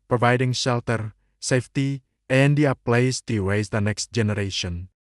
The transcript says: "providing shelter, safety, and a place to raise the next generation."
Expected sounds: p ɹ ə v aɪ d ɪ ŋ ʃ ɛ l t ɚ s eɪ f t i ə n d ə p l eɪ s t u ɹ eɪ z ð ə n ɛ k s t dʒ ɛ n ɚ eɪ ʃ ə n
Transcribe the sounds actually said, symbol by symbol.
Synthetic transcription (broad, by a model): p ɹ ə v aɪ d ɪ ŋ ʃ ɛ l t ɚ s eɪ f t i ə n d ə p l eɪ s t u w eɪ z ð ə n ɛ k s t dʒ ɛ n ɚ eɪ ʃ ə n